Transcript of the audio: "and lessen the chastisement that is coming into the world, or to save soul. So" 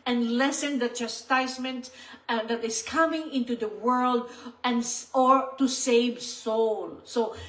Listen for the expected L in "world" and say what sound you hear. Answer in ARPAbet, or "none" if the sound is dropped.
L